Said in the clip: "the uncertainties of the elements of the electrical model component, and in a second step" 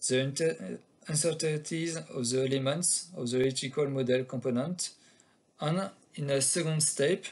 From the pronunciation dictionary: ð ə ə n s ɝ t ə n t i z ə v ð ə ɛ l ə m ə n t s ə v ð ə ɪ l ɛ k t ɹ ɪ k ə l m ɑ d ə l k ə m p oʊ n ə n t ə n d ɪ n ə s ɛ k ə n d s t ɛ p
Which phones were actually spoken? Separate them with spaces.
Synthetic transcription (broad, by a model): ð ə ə n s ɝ t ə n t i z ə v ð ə ɛ l ə m ə n t s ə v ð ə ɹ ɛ t ɪ k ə l m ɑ d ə l k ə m p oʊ n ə n t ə n ɪ n ə s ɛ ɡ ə n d s t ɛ p